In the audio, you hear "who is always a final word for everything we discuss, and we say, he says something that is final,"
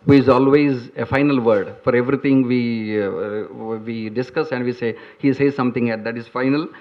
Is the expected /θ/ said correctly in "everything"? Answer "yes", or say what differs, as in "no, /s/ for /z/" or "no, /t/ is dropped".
no, /t/ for /θ/